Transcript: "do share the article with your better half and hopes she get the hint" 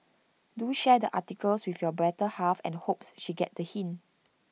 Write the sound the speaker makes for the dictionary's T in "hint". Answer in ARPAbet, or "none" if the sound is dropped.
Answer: none